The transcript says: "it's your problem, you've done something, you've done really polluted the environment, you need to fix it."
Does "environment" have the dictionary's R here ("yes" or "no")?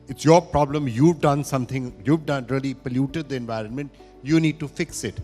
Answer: yes